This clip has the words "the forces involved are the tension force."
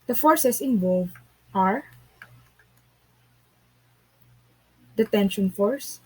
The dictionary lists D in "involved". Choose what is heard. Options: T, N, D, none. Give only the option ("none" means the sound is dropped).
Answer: none